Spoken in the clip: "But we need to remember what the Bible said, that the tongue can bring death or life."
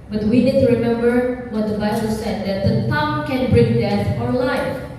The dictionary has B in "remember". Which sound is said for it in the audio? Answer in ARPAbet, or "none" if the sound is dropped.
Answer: B